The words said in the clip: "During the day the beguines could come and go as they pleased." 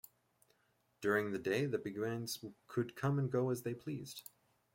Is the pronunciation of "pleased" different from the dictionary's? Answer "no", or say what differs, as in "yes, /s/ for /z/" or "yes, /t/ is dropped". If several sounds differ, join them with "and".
no